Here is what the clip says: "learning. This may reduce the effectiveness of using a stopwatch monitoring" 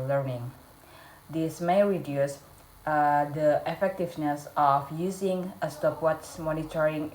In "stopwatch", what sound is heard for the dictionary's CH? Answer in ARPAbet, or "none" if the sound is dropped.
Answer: S